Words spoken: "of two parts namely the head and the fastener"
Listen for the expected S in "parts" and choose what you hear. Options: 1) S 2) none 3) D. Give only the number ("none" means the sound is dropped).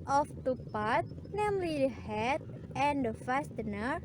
2